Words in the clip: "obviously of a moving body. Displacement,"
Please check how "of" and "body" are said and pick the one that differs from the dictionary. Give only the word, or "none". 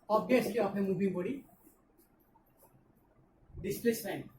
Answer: of